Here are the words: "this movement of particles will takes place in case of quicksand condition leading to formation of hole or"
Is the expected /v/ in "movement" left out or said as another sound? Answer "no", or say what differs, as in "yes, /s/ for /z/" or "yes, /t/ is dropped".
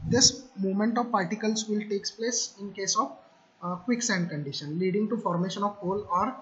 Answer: yes, /v/ is dropped